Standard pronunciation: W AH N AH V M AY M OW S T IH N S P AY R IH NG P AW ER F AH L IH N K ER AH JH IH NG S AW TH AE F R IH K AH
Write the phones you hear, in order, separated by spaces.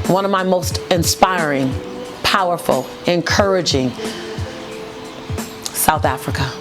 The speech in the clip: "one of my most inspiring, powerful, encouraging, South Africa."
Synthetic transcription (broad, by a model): W AH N AH V M AY M OW S T IH N S P AY R IH NG P AW ER F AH L IH N K ER AH JH IH NG S AW TH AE F R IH K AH